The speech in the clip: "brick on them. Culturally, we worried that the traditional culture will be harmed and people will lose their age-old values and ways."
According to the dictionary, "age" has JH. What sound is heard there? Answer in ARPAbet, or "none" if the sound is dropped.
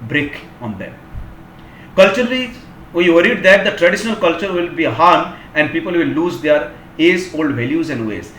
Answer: Z